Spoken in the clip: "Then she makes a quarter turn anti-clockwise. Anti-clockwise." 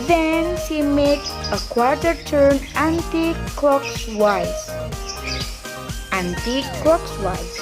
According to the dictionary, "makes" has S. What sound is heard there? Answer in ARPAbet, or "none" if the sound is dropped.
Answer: none